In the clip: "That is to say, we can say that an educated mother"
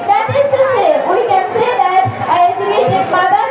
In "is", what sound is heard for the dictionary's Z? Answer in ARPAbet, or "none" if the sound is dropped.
S